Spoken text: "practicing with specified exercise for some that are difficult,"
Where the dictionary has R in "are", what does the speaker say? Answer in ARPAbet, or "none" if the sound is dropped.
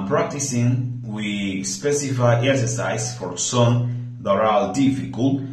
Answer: L